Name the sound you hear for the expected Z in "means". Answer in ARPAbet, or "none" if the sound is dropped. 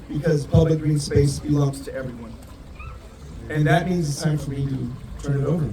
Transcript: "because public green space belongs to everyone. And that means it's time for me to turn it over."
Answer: Z